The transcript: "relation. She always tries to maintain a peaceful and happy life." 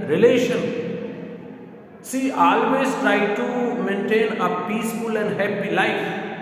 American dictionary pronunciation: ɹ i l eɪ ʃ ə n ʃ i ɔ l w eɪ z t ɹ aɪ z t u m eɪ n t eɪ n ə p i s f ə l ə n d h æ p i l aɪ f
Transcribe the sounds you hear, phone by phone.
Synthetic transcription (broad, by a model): ɹ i l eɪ ʃ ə n s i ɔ l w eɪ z t ɹ aɪ t u m eɪ n t eɪ n ə p i s f ə l ə n d h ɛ p i l aɪ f